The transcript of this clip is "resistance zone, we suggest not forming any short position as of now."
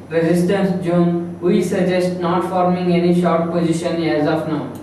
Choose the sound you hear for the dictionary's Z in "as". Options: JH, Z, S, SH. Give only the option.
Z